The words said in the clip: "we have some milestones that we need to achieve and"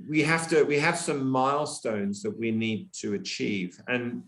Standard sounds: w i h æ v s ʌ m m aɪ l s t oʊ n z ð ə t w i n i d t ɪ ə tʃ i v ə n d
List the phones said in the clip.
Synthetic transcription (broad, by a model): w i h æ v s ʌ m m aɪ l s t oʊ n z ð ə t w i n i d t ɪ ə tʃ i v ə n